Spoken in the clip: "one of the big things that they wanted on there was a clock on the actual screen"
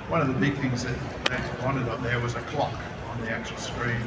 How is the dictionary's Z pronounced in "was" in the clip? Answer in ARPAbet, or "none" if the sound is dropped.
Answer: Z